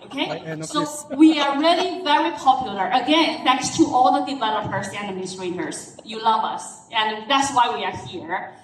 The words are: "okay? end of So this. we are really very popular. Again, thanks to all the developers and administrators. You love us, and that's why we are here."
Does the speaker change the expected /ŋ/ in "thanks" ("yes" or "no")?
yes